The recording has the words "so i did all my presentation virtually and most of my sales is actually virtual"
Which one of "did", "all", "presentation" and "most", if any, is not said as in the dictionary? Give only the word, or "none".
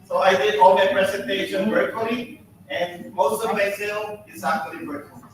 presentation